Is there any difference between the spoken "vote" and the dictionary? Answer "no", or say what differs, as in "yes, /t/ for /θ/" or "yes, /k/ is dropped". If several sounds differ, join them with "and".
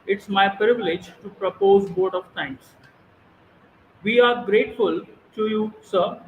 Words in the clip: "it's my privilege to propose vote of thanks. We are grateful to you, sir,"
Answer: yes, /b/ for /v/